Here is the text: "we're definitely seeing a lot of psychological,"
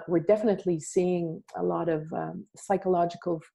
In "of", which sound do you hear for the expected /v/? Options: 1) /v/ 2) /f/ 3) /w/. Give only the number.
1